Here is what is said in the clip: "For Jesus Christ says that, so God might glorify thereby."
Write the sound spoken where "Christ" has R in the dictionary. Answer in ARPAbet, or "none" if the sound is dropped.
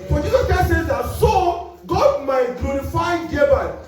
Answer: none